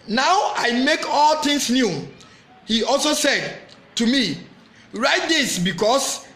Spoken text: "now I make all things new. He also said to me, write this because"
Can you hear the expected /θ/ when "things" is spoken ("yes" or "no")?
no